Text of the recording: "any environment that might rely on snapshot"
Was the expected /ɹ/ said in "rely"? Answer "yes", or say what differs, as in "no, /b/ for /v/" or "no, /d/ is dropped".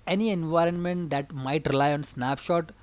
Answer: yes